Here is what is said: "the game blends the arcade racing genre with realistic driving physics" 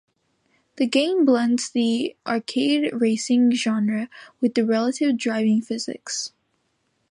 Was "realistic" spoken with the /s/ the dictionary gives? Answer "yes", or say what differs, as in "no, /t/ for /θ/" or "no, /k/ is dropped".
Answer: no, /s/ is dropped